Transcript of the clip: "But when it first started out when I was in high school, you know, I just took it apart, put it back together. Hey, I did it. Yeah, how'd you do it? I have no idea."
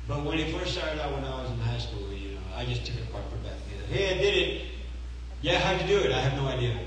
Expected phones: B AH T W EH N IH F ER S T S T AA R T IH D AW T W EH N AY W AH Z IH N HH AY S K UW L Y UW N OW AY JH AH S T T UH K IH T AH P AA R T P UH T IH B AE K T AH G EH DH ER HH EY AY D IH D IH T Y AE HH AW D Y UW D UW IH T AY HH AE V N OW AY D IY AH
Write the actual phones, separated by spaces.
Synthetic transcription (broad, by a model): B AH T W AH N IH F ER S T S T AA R T IH D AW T W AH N AY W AH Z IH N HH AY S K UW L Y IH N OW AY JH AH S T T UH K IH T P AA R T F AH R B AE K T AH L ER HH EY AY D IH D IH T Y AE HH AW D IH D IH IH T AY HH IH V N OW AY D IY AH